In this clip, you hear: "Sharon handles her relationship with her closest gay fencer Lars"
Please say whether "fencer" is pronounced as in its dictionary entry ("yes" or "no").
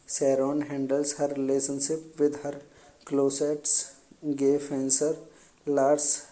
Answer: yes